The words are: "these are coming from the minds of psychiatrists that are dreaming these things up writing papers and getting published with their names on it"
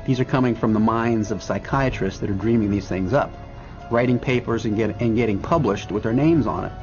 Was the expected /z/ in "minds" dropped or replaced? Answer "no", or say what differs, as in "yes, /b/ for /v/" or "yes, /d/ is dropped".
no